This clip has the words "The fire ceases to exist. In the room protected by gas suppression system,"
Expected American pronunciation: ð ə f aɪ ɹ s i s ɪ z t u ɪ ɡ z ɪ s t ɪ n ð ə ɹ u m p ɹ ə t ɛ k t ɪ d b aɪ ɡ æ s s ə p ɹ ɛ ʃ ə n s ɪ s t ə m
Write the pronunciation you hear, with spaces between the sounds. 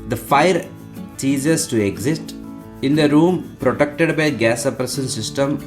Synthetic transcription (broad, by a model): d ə f aɪ ɹ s i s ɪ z t u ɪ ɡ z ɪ s t ɪ n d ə ɹ u m p ɹ ə t ɛ k t ɪ d b aɪ ɡ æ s s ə p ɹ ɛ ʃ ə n s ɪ s t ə m